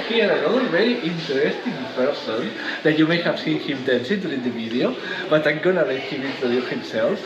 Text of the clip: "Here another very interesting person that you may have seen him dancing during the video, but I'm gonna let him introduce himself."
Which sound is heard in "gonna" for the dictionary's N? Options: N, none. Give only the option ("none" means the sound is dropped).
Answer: N